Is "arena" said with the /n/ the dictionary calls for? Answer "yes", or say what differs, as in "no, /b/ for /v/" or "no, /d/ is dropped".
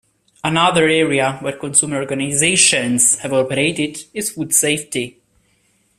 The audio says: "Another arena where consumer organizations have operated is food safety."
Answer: no, /n/ is dropped